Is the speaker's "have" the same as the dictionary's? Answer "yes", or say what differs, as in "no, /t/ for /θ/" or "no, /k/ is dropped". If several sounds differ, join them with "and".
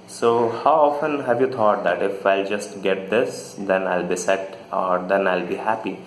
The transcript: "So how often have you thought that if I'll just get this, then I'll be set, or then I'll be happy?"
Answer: yes